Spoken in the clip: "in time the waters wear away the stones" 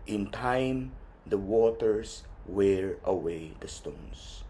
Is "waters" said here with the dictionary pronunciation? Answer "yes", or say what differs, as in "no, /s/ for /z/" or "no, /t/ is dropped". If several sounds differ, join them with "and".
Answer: no, /s/ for /z/